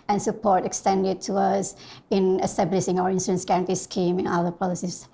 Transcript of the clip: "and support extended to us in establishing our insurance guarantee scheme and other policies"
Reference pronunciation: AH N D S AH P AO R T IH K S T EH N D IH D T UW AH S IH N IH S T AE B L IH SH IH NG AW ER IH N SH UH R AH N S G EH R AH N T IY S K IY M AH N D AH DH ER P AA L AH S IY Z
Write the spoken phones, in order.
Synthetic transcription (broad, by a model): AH N S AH P AO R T IH K S T EH N D IH D T UW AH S IH N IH S T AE B L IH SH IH NG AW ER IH N S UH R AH N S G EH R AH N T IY S K IY M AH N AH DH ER P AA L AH S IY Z